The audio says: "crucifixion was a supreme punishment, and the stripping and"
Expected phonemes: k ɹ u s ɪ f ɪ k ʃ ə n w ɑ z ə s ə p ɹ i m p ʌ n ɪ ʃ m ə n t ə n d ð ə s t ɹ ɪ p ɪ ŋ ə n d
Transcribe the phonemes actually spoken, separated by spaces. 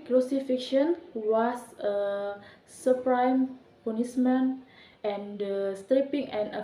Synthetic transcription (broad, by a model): k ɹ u s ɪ f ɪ k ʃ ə n w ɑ s ə s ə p ɹ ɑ m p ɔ n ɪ s m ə n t ə n d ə s t ɹ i p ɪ ŋ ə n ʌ